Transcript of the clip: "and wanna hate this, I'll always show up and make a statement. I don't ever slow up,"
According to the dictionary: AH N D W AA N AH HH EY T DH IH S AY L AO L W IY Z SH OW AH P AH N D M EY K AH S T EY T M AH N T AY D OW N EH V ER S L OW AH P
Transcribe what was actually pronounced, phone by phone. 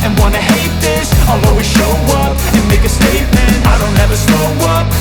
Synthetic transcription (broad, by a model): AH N W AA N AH HH EY T DH IH S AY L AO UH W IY SH OW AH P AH N M EY K AH S T EY T M AH N T AY D OW N EH V ER S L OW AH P